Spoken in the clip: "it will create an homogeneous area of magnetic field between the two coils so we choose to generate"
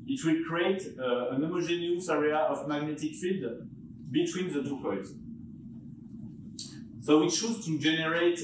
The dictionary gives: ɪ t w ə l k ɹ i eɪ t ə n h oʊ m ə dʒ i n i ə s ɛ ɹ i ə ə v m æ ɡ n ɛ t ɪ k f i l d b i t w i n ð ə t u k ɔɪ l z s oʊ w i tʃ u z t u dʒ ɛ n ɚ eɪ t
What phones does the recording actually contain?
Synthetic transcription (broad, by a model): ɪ t w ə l k ɹ i eɪ t ə n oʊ m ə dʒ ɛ n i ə s ɛ ɹ i ə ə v m æ ɡ n ɛ t ɪ k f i d b i t w i n ð ə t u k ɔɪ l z s oʊ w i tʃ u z t u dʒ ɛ n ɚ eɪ t